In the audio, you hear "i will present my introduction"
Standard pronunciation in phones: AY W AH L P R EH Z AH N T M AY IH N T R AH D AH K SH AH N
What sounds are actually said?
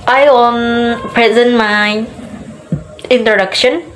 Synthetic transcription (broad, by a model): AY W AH N P R EH Z AH N T M AY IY N T R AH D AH K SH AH N